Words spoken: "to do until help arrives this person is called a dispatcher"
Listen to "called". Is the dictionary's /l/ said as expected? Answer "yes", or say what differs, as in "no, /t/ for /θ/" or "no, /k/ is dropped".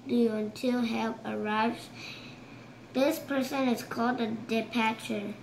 yes